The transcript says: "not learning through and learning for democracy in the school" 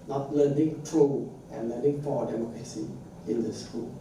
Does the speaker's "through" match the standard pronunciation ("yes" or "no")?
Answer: no